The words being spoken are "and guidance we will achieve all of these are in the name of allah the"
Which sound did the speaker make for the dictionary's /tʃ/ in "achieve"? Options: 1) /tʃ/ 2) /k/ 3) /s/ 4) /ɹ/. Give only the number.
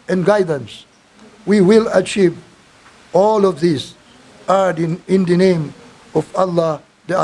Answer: 1